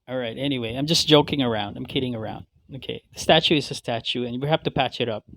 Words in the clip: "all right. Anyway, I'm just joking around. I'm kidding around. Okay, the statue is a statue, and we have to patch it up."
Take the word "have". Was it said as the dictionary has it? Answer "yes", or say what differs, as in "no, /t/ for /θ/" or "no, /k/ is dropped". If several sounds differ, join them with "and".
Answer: no, /f/ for /v/